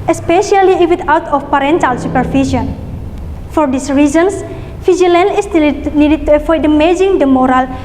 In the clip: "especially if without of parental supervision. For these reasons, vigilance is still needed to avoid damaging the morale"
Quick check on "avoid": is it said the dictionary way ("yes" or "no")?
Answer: no